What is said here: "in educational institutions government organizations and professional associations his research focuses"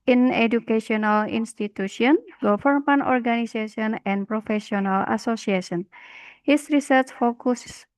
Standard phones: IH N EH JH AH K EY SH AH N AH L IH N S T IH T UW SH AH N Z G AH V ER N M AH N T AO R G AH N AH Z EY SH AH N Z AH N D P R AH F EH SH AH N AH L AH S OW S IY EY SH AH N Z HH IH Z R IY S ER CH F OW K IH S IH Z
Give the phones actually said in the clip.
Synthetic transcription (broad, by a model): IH N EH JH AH K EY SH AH N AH L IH N S T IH T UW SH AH N G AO F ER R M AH N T AO R G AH N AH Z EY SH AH N AH N P R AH F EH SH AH N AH L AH S OW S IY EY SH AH N HH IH S R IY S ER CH F OW K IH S